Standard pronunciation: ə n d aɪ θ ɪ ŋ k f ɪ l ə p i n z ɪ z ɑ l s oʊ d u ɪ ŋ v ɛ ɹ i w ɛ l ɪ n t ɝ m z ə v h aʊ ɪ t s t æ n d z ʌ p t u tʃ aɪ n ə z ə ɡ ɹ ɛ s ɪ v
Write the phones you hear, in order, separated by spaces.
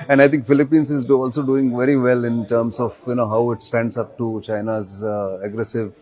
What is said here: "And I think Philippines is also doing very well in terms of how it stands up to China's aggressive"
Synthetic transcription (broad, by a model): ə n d aɪ t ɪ ŋ k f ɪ l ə p i n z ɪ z ɑ l s oʊ d u ɪ ŋ v ɛ ɹ i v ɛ l ɪ n t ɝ m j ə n h aʊ ɪ t s t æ n d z ʌ p t u tʃ aɪ n ə z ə ɡ ɹ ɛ s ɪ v